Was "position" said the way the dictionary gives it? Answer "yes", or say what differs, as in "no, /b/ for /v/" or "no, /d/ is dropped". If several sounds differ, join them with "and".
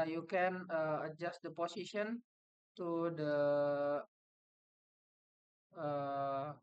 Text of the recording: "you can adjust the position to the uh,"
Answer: no, /s/ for /z/